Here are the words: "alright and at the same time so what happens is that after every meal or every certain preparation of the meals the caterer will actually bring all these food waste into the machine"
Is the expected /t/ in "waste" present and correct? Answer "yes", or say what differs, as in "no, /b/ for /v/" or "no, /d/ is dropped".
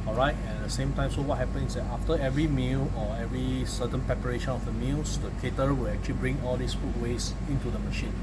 no, /t/ is dropped